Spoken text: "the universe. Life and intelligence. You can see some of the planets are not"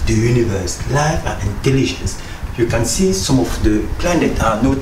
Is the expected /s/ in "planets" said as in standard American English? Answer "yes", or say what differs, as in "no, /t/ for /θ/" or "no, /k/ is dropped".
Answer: no, /s/ is dropped